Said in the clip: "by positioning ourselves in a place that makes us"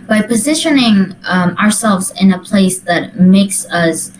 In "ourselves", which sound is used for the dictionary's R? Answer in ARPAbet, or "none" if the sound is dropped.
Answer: R